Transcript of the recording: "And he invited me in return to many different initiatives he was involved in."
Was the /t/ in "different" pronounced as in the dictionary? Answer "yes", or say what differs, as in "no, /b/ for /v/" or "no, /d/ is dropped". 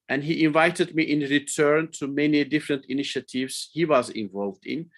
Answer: yes